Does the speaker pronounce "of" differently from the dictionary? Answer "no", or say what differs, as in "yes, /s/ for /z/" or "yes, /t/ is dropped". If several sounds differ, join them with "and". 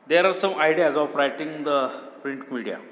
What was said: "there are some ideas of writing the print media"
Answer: yes, /p/ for /v/